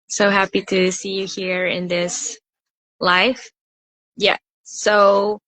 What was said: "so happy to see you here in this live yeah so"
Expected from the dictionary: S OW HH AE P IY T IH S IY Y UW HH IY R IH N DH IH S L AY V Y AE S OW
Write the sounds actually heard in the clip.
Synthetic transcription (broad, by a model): S OW HH AE P IY T IH S IY Y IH HH IY R IH N DH IH S L AY F Y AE S OW